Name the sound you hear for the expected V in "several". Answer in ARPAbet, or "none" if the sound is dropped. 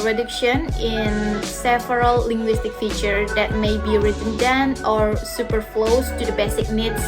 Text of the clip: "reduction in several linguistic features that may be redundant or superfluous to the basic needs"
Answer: F